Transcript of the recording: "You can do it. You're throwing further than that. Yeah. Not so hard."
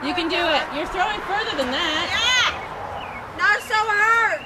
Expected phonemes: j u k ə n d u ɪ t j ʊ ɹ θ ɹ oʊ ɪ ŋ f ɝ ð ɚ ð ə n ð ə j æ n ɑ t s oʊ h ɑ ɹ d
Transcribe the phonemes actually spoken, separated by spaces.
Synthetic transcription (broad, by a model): j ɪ k ə n d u ɪ t j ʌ ɹ θ ɹ oʊ ɪ ŋ f ɝ ð ɚ ð ə n ð ə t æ n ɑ t s oʊ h ɑ ɹ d